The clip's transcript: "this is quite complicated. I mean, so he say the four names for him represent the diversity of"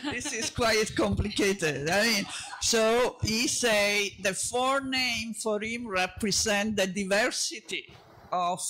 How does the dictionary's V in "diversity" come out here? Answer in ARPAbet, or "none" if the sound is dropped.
V